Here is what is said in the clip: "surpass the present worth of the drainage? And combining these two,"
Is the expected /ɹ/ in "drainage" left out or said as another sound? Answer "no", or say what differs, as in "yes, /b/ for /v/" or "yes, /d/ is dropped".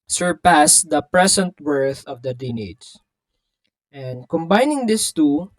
yes, /ɹ/ is dropped